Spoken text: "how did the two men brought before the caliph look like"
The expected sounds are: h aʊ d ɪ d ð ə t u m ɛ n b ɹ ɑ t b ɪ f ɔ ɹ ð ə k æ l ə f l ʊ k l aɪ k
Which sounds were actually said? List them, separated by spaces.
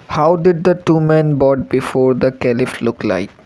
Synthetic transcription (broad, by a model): h aʊ d ɪ d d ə t u m ɛ n b ɑ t b ɪ f ɔ ɹ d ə k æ l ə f l ʊ k l aɪ k